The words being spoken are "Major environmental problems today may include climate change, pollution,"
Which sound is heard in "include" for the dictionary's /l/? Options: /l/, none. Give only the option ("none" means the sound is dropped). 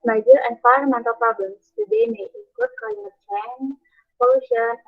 none